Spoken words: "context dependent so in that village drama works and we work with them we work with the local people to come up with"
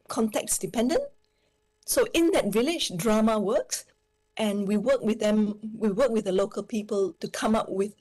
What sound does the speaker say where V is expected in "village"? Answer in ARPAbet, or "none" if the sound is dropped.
V